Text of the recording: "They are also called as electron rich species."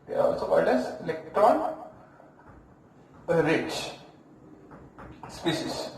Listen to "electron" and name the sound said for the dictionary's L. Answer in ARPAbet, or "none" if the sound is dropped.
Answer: L